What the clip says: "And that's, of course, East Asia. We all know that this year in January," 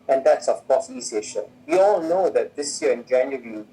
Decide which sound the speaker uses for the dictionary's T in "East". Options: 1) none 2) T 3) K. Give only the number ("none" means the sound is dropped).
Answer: 1